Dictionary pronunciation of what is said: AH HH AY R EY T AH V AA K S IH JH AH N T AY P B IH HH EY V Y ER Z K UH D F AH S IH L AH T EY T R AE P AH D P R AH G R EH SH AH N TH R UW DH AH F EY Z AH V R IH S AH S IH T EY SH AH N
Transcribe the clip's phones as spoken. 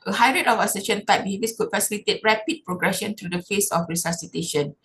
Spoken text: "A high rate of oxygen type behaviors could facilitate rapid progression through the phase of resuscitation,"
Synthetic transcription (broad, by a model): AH HH AY R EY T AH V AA S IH SH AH N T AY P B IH HH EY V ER S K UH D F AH S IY L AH T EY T R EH P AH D P R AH G R EH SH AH N T R UW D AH F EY S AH F R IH S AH S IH T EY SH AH N